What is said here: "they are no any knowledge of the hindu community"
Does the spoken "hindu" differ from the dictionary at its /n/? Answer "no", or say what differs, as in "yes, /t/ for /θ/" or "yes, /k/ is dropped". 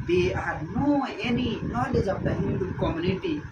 yes, /n/ is dropped